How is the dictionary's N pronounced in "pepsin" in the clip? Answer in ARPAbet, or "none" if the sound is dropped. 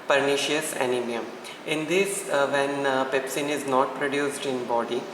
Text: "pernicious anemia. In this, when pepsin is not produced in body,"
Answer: N